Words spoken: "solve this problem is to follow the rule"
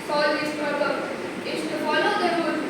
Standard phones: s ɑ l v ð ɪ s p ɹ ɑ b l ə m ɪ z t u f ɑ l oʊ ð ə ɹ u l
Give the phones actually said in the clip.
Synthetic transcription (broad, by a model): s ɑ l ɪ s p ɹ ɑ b ə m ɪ s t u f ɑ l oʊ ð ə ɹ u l